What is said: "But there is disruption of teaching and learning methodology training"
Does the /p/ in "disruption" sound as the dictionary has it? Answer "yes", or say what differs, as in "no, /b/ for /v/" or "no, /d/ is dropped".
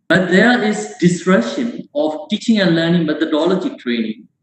no, /p/ is dropped